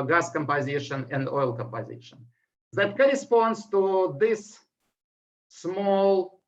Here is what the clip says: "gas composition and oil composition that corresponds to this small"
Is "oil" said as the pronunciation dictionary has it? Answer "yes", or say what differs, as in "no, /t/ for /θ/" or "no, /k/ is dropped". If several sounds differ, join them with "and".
yes